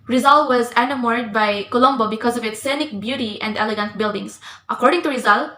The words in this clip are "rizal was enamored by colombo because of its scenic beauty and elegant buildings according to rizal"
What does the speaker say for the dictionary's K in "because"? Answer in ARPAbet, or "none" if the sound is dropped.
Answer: K